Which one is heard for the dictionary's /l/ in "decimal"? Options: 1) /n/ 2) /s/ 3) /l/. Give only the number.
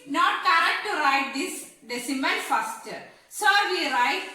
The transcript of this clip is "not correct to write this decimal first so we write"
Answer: 1